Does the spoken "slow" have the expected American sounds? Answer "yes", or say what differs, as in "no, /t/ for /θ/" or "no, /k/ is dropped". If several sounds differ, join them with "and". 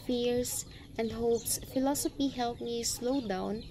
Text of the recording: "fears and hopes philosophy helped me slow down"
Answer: yes